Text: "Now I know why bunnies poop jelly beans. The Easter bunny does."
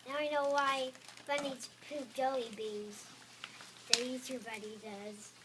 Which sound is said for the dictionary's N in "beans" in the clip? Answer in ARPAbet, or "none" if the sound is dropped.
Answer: none